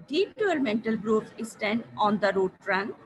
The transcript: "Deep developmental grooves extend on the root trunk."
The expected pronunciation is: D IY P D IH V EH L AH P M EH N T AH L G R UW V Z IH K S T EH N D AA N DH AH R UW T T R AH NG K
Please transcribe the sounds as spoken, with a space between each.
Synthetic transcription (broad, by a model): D IY P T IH AH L M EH N T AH L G R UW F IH S T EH N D AA N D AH R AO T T R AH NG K